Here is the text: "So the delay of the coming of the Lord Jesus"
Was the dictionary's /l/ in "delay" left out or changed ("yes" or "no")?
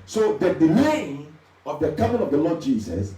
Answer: yes